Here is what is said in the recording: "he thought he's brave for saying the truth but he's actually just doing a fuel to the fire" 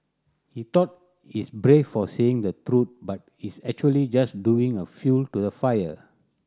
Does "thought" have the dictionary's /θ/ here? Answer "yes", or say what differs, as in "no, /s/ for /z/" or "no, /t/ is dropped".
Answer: no, /t/ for /θ/